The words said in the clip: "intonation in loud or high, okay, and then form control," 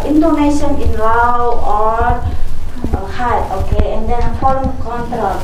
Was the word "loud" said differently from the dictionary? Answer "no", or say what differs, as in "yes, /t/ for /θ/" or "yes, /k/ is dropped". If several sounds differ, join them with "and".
yes, /d/ is dropped